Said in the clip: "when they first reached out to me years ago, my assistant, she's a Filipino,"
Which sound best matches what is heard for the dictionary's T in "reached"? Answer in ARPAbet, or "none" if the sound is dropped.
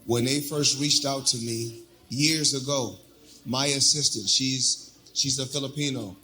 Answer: T